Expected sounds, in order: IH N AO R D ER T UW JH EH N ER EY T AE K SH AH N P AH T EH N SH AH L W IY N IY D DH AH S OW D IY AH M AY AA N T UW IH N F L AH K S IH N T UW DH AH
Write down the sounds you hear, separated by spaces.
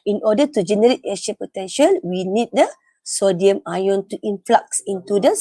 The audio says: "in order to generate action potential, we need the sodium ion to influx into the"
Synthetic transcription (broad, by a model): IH N AO D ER T UW JH EH N ER EY T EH SH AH P AH T EH N SH AH L W IY N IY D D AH S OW D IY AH M AY AA N T UW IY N F L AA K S IH N T UW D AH